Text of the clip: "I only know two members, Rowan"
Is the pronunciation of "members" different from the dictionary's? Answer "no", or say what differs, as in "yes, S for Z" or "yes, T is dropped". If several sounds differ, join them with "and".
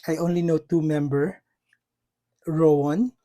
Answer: yes, Z is dropped